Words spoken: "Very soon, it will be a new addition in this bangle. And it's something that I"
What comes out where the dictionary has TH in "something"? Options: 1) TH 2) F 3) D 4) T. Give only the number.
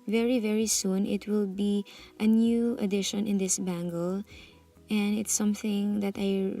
1